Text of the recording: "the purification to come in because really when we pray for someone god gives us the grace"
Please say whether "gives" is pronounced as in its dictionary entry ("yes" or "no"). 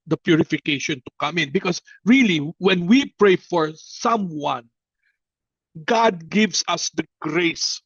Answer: no